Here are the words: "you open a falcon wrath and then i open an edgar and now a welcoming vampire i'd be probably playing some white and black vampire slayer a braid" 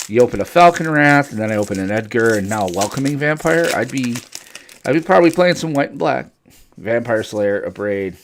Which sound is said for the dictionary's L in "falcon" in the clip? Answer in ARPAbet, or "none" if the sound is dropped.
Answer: L